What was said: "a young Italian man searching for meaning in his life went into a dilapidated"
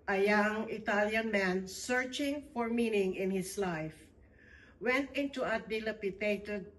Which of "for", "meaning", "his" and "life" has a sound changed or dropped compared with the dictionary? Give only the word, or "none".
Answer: his